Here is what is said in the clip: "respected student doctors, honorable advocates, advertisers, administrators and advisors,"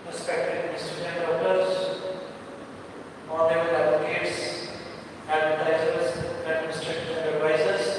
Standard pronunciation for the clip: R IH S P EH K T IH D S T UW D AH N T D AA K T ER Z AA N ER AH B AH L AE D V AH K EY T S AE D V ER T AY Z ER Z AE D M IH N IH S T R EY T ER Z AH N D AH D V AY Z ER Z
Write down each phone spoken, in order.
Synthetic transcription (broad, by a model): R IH S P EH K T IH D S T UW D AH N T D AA T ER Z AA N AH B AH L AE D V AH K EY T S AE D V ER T AY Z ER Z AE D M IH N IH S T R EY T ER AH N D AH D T AY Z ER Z